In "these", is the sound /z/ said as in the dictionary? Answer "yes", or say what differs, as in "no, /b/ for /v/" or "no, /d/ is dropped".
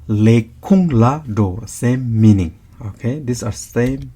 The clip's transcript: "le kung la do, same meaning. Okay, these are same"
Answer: no, /s/ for /z/